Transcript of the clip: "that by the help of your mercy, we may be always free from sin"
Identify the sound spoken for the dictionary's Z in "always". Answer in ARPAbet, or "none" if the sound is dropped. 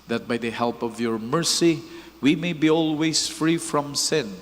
S